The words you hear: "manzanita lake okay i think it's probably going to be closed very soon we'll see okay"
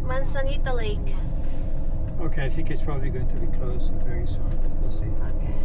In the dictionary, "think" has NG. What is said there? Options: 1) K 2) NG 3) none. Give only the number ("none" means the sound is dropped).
3